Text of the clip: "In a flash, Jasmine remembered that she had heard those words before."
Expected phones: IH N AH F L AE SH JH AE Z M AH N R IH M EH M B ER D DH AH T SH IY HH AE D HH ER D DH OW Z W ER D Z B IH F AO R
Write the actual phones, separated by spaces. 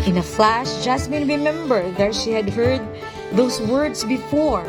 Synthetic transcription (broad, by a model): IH N AH F L AE SH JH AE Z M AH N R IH M EH M B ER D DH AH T SH IY HH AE D HH ER D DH OW S W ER D S B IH F AO R